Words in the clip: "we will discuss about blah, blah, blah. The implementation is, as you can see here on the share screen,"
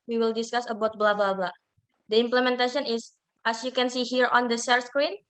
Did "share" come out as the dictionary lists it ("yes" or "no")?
no